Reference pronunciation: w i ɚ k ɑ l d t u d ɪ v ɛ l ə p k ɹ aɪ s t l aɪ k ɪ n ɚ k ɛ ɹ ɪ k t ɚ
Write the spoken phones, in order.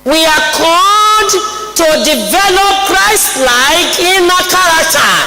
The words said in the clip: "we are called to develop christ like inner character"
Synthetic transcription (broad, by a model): w i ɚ k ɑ d t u d ɪ v ɛ l ə p ɹ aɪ s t l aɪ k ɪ n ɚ k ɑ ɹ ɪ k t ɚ